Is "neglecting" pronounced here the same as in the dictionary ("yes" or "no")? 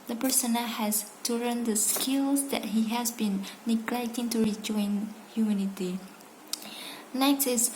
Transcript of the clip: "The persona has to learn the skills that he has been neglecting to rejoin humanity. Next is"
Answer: yes